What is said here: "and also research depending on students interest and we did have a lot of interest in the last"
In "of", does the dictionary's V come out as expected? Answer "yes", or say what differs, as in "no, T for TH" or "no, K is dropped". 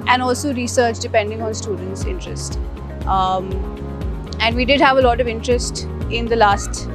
yes